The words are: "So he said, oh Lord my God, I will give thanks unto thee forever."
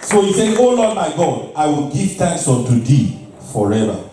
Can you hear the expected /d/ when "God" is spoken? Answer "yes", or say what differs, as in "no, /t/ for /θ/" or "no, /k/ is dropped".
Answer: yes